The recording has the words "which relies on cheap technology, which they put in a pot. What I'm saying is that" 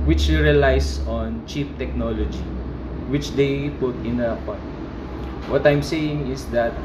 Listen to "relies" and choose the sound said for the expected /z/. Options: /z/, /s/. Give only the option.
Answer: /s/